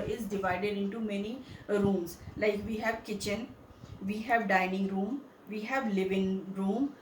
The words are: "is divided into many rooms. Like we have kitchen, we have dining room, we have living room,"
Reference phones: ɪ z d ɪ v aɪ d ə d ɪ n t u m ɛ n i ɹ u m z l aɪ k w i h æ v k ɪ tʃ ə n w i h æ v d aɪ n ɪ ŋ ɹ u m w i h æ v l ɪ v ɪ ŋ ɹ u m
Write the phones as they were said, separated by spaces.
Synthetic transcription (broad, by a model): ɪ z d ɪ v aɪ d ə d ɪ n t u m ɛ n i ɹ u m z l aɪ k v i h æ v k ɪ tʃ ə n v i h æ v d aɪ n ɪ ŋ ɹ u m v i h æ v l ɪ v ɪ ŋ ɹ u m